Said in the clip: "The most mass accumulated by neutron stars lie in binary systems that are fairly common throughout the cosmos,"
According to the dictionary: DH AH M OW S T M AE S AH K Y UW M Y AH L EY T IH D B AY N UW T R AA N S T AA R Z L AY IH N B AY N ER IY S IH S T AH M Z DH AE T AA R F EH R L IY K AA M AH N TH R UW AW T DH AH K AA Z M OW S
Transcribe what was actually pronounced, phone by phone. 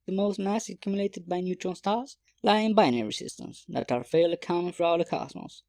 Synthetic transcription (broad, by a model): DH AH M OW S T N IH S AH K Y UW M Y AH L EY T IH D B AY N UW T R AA L S T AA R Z L AY IH N B AY N ER IY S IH S T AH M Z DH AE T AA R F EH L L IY K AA AH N F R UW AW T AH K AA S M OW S